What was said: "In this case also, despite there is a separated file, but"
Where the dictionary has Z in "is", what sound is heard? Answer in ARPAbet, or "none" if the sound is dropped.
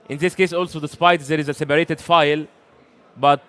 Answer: Z